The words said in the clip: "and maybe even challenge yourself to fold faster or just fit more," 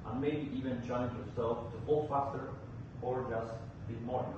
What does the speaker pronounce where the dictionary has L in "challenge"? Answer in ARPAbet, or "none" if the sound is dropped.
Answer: none